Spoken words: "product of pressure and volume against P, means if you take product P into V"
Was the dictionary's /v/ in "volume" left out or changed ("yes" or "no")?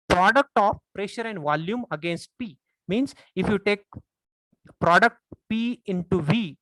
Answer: no